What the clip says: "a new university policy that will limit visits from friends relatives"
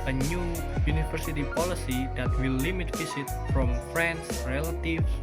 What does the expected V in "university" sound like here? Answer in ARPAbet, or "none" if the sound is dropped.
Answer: F